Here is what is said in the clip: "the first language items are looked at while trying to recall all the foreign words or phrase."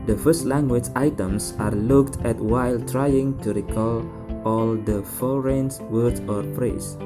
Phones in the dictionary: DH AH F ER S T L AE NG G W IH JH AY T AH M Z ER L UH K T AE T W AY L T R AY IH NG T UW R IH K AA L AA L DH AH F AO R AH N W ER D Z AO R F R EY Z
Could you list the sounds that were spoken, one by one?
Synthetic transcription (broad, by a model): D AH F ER S T L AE NG G W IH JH AY T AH M S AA L UH K T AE T W AY L T R AY IH NG T UW R IH K AA L AA L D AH F AO R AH N W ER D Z AO R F R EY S